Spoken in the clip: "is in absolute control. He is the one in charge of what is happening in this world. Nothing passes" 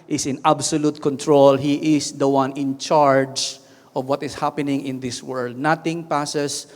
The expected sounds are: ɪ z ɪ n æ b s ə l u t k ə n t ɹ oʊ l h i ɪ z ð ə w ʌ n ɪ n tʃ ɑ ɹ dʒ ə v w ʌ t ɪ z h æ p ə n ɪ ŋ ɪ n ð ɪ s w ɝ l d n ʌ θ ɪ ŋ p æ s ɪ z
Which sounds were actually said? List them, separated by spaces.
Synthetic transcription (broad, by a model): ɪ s ɪ n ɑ b s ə l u t k ə n t ɹ oʊ l h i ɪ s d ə w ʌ n ɪ n tʃ ɑ ɹ dʒ ə v w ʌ t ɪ s h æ p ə n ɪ ŋ ɪ n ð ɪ s w ɝ l d n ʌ t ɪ ŋ p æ s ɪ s